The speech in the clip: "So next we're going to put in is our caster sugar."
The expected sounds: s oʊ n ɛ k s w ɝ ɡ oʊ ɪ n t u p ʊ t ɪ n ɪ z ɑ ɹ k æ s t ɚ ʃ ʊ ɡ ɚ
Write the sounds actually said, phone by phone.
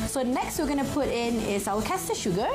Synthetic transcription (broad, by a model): s oʊ n ɛ k s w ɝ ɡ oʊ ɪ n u p ʊ t ɪ n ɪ s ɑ w k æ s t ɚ ʃ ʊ ɡ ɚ